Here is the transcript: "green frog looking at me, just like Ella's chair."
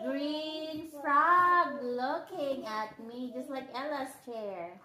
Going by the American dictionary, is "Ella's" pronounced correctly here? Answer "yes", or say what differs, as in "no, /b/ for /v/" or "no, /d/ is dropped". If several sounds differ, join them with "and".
no, /s/ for /z/